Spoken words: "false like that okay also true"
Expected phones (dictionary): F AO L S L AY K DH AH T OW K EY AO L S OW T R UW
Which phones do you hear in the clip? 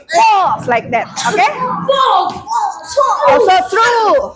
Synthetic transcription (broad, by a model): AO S L AY K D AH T OW K EY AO S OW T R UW